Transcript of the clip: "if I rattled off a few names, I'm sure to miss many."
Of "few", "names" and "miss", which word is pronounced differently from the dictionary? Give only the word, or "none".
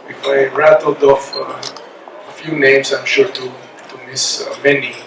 names